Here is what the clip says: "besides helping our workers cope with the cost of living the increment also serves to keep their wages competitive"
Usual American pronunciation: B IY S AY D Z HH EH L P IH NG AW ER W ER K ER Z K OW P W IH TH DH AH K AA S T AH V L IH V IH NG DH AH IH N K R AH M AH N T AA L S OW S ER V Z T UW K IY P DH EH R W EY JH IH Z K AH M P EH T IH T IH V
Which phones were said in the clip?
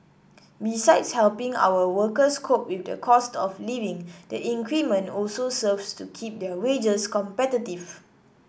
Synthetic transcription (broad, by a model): B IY S AY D S HH EH L P IH NG AW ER W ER K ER S K OW P W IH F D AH K AA S T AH F L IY V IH NG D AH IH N K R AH M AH N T AA L S OW S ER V S T UW K IY P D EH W EY JH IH S K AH M P EH T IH T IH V